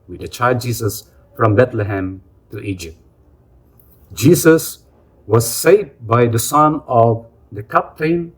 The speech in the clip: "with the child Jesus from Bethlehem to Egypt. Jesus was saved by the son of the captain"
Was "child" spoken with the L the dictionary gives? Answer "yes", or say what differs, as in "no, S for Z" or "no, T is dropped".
no, L is dropped